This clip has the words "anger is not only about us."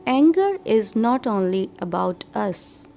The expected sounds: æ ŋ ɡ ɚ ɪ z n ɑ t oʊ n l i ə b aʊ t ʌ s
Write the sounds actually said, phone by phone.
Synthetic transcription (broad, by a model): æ ŋ ɡ ɚ ɪ z n ɑ t oʊ n l i ə b aʊ t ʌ s